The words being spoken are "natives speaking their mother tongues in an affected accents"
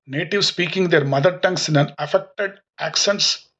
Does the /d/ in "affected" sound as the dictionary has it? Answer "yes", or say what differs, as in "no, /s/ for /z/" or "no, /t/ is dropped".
yes